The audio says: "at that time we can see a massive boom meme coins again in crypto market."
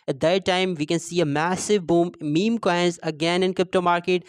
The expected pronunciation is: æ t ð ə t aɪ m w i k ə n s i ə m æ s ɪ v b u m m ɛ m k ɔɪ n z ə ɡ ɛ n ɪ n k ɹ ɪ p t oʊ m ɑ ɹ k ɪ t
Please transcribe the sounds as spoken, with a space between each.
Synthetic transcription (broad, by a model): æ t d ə t aɪ m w i k ə n s i ə m æ s ɪ v b u m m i m k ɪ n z ə ɡ ɛ n ɪ n k ɹ ɪ p t oʊ m ɑ ɹ k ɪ t